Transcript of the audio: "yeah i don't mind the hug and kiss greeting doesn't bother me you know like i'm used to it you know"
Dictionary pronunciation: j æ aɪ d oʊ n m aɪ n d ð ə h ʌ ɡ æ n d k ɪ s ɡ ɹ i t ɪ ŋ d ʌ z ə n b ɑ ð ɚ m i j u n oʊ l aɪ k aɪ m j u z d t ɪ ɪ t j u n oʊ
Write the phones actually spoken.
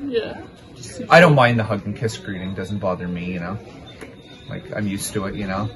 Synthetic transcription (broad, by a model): j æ aɪ d oʊ n m aɪ n ð ə h ʌ ɡ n k ɪ s ɡ ɹ i t ɪ ŋ d ʌ z n b ɑ ð ɚ m i j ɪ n oʊ l aɪ k aɪ m j u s t ɪ ɪ t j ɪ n oʊ